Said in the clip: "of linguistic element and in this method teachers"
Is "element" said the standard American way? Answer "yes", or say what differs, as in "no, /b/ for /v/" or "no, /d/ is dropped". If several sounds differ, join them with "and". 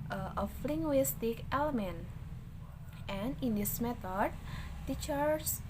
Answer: yes